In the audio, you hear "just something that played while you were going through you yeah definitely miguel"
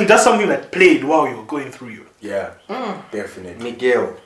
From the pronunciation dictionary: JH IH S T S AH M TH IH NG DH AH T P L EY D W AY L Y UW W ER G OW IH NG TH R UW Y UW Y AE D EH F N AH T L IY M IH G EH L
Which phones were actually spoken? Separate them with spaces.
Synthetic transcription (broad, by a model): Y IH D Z S AH M TH IH NG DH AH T P L EY D W AY L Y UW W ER G OW IH NG TH R UW Y UW Y AE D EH F AH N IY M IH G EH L